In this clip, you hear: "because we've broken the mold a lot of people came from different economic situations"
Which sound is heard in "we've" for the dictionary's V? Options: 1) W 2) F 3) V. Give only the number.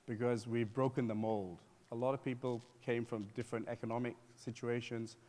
3